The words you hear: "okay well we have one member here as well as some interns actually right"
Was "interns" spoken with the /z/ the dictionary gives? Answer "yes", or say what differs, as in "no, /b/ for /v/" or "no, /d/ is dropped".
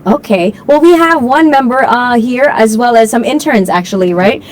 yes